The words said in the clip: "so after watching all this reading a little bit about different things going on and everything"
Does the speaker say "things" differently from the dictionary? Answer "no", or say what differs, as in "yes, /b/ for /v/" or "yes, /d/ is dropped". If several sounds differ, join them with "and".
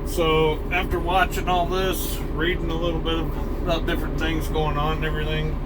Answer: no